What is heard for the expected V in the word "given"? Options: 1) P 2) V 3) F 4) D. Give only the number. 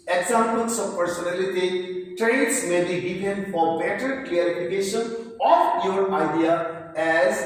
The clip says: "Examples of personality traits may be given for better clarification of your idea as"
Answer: 1